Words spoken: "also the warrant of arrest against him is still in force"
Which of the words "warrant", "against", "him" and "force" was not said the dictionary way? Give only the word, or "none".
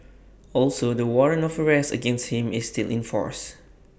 warrant